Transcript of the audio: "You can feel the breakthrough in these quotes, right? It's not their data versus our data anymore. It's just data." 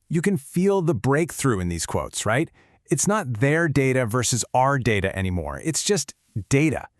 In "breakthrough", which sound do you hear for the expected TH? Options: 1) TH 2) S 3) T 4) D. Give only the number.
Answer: 1